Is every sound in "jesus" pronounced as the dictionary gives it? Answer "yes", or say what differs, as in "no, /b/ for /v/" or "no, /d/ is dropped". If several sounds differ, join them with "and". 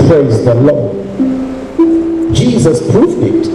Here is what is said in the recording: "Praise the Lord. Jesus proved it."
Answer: yes